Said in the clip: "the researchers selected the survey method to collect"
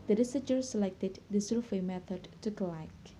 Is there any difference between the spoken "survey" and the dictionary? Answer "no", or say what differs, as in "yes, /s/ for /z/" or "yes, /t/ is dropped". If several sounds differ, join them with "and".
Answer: yes, /f/ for /v/